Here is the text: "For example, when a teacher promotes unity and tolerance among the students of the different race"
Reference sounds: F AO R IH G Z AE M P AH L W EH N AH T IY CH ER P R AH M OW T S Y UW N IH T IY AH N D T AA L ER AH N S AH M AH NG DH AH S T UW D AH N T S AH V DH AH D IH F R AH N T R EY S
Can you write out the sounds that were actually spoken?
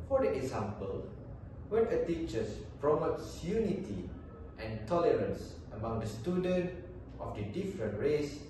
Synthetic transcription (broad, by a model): F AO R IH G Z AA M P AH L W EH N AH T IY CH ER P R AH M OW T S Y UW N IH T IY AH N T AA L ER AH N S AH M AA NG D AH S T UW D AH N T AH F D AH D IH F R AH N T R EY S